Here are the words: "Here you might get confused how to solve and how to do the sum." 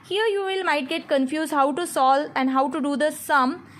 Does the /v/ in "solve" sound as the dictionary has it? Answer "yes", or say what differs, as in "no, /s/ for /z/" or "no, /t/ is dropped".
no, /v/ is dropped